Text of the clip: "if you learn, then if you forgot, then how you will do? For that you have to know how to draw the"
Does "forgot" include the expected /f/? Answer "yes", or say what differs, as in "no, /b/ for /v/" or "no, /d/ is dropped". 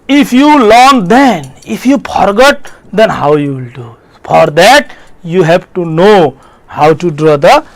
no, /p/ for /f/